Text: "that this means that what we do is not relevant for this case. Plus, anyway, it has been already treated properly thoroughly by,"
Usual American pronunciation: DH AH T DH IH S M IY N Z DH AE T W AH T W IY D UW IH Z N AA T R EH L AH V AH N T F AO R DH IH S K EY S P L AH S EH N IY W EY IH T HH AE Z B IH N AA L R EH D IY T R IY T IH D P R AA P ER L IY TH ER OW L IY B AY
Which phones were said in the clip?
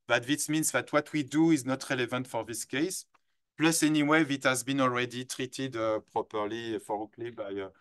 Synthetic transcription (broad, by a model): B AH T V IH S M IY N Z DH AE T W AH T W IY D UW IH Z N AA T R EH L AH V AH N T F AO R DH IH S K EY S P L AH S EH N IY W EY IH T HH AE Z B IH N AA L R EH D IY T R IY T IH D P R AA P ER L IY F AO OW L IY B AY